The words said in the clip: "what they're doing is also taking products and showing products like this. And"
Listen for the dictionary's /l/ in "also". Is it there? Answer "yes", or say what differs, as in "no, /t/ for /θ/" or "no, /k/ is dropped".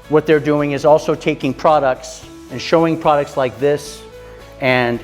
yes